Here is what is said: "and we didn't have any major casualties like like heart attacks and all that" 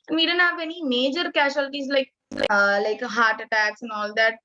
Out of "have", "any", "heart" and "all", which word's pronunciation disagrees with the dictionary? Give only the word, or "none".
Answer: have